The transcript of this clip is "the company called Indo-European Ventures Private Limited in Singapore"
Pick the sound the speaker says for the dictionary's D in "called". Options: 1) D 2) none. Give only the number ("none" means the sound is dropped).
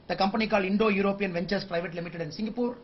2